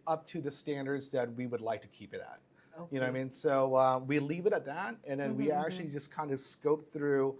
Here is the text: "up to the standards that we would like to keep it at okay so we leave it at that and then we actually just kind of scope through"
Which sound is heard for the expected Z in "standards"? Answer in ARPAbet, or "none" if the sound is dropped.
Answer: Z